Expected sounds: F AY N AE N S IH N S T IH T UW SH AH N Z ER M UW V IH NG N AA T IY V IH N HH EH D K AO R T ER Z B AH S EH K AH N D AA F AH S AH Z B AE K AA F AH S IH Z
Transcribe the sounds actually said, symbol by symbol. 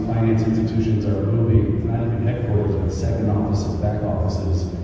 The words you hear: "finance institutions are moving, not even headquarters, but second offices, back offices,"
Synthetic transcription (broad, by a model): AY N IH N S IH N S T IH T UW SH AH N Z ER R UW B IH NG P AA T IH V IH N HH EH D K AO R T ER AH S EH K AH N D AA F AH S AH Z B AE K AA F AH S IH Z